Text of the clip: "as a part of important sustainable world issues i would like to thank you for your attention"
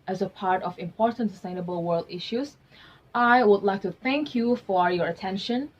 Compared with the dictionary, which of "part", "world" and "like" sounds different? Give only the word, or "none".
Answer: none